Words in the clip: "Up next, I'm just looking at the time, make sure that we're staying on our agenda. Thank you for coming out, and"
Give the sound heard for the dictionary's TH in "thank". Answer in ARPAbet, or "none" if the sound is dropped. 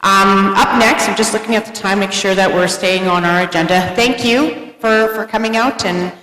TH